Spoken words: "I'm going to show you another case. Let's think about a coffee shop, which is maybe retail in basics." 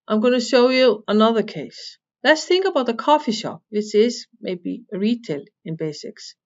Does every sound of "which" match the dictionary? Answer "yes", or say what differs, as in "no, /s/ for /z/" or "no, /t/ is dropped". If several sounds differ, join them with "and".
no, /s/ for /tʃ/